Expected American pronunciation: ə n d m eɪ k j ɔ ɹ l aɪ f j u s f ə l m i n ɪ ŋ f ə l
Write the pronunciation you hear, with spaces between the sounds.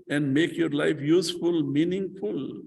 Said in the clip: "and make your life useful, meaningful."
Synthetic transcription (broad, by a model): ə n d m eɪ k j ɔ ɹ l aɪ f j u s f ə l m i n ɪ ŋ f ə l